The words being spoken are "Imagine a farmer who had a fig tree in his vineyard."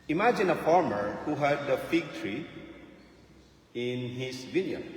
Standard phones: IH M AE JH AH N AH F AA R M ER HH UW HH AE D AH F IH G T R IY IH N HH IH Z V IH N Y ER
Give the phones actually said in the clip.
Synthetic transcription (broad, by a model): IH M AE JH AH N AH F AA R M ER HH UW HH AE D AH F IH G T R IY IH N HH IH S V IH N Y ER